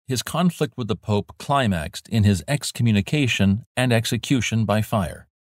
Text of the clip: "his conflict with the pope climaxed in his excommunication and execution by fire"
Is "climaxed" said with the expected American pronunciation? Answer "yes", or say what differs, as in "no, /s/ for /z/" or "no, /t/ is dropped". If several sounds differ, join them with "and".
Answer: yes